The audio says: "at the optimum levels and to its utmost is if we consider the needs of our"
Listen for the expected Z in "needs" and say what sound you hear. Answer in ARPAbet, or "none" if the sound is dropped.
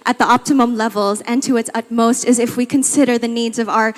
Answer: Z